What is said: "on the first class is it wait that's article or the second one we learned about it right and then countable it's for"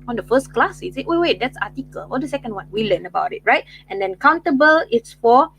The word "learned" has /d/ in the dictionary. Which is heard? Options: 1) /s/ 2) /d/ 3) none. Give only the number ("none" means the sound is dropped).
3